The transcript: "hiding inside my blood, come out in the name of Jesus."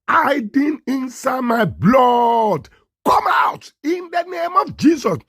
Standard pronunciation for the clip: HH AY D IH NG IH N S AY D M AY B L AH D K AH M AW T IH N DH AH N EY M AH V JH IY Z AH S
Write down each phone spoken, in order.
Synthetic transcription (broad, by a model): AY D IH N IH N S AY D M AY B L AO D K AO M AW T IH N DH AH N EY M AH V JH IY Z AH S